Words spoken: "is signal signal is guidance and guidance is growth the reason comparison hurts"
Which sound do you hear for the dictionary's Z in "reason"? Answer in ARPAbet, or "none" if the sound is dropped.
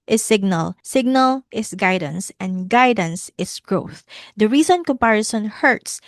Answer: S